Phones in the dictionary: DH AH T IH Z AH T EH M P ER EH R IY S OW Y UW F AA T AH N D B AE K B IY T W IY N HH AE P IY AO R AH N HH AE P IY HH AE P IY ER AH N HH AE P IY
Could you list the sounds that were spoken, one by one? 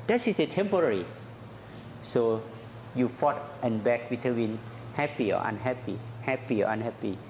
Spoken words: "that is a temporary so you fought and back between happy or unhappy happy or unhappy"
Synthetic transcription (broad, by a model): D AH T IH S AH T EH M P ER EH R IY S OW Y UW F AA T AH N B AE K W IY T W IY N HH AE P IY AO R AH N HH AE P IY HH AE P IY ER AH N HH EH P IY